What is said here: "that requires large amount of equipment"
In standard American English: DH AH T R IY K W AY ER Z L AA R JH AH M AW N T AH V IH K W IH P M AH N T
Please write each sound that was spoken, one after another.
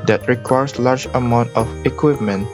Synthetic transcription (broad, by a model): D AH T R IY K W AY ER S L AA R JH AH M AW N T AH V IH K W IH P M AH N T